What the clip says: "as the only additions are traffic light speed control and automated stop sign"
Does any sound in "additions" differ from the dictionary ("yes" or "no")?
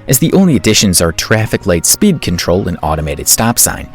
no